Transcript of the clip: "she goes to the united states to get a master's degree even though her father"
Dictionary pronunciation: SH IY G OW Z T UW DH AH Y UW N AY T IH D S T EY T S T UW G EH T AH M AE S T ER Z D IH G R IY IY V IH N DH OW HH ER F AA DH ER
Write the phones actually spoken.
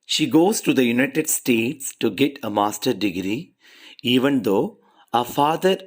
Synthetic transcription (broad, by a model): SH IY G OW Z T UW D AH Y UW N AY T IH D S T EY T S T UW G EH T AH M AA S T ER D IH G R IY IY V IH N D OW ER F AA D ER